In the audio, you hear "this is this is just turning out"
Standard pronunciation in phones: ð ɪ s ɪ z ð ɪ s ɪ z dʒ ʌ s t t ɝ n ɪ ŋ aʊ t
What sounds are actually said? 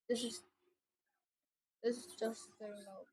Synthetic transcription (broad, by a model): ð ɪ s ɪ z ð ɪ s ɪ z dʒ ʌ s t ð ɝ ɪ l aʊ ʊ